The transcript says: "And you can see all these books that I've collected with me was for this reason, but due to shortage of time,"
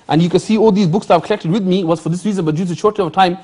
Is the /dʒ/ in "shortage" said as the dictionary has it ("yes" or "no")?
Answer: no